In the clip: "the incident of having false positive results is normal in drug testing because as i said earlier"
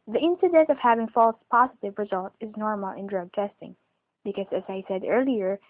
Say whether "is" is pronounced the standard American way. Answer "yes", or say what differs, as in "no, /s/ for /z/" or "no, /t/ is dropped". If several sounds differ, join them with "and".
yes